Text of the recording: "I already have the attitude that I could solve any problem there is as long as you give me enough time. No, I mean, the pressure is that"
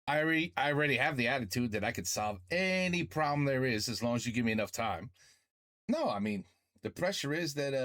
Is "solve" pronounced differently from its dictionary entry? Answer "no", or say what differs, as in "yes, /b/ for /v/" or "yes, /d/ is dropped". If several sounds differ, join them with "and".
no